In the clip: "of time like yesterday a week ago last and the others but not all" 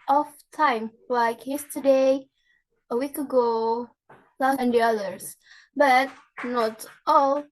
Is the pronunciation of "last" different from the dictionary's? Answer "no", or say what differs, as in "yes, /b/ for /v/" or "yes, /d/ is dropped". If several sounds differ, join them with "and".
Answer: yes, /s/ is dropped